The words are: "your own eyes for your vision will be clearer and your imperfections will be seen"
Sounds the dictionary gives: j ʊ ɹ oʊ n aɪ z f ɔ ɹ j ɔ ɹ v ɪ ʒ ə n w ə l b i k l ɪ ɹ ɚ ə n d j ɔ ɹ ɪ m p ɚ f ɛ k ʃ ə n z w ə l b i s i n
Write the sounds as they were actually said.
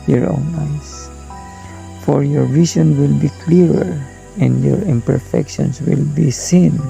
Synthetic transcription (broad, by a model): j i ɹ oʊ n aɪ s f ɔ ɹ j ɔ ɹ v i s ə n w ə l b i k l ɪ ɹ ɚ ə n d j ɔ ɹ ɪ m p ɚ f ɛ k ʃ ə n s w ə l b i s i n